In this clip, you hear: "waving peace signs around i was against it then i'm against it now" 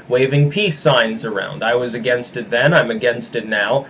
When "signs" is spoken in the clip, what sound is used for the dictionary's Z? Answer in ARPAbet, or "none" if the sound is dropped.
Z